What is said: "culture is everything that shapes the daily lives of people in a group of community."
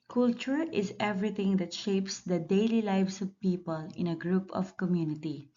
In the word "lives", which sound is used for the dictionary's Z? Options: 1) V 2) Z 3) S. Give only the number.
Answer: 3